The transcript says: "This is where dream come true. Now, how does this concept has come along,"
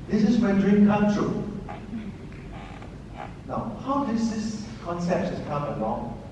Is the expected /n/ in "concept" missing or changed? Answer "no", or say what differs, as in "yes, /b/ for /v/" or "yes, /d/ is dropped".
no